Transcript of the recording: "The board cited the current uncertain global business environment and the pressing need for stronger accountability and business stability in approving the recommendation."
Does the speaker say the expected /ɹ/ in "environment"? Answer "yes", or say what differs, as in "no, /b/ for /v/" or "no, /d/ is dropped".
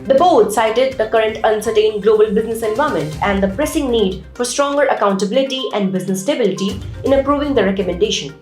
no, /ɹ/ is dropped